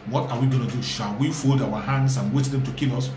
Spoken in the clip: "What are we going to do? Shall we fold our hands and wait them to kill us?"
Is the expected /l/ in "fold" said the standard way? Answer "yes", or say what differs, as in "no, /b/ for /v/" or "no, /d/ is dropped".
yes